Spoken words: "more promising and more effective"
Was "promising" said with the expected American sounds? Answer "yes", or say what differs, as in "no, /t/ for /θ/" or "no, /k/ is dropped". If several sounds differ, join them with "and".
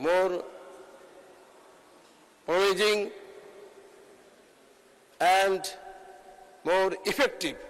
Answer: no, /ɹ/ is dropped and /m/ is dropped